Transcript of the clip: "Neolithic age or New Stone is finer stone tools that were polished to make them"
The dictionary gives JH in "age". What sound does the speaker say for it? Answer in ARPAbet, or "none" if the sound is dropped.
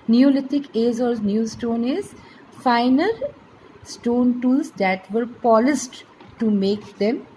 Z